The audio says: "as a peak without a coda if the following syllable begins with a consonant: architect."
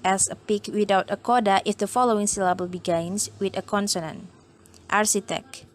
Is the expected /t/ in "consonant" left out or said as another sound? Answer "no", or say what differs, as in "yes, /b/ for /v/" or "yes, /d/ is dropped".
no